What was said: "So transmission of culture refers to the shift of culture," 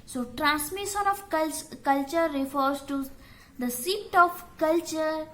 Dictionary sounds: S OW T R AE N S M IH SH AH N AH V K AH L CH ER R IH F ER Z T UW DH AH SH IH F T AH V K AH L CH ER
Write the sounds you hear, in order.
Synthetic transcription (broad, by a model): S OW T R AE N S M IH SH AH N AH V K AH L CH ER R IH F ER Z T UW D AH S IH T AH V K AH L CH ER